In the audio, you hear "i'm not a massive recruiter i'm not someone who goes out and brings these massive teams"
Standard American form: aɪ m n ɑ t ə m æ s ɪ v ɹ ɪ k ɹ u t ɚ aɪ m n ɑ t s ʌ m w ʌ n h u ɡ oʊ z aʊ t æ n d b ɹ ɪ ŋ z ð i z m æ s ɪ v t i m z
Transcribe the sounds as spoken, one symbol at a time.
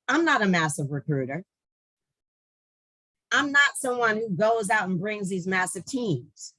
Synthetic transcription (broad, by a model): aɪ m n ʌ t ə m æ s ɪ v ɹ ɪ k ɹ u t ɚ aɪ m n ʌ t s ʌ m w ʌ n h u ɡ oʊ z aʊ t n b ɹ ɪ ŋ z ð i z m æ s ɪ v t i m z